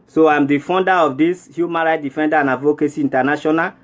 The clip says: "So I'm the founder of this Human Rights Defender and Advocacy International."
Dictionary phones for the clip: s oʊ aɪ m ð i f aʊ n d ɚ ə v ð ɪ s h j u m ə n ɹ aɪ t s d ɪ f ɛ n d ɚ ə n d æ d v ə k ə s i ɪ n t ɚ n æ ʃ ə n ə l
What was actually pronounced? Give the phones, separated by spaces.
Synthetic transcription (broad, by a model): s oʊ aɪ m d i f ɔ n d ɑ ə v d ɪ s h j u m ə n ɹ aɪ t d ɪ f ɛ n d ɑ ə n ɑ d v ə k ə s i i n t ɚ n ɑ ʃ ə n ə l